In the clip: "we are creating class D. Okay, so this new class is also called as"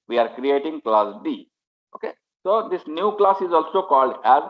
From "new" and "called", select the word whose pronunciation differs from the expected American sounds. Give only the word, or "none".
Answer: none